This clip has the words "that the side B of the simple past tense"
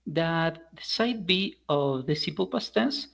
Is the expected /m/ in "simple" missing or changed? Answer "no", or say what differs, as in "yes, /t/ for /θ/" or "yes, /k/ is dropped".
yes, /m/ is dropped